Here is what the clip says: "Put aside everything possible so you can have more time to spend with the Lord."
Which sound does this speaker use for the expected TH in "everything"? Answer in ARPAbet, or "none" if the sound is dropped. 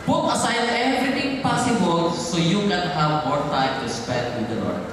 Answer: T